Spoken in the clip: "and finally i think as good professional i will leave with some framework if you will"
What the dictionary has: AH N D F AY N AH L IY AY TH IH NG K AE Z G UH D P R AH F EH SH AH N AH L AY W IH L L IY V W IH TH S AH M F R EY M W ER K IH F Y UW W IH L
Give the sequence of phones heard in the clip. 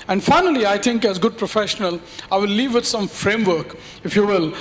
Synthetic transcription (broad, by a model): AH N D F AY N AH L IY AY T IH NG K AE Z G UH D P R AH F EH SH AH N AH L AY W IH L L IY V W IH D S AH M F R EY M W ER K IH F Y UW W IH L